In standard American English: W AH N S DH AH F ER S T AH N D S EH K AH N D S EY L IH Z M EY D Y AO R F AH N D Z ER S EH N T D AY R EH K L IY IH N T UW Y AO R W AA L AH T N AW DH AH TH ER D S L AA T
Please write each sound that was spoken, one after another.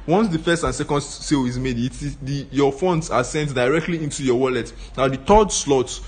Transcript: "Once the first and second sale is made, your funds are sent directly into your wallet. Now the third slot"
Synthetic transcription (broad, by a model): W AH N S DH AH F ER S T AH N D S EH K AH N D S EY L IH Z M EY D Y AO F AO N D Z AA S EH N T D AY R EH K L IY IH N T UW Y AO W AA L AH T N AW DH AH T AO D S L AA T